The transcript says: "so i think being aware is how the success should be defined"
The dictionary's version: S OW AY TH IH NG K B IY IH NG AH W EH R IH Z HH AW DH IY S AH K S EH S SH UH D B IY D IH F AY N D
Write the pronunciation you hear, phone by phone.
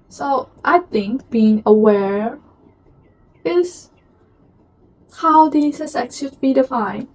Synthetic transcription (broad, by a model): S OW AY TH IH NG K B IY IH NG AH W EH R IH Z HH AW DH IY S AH S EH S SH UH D B IY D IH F AY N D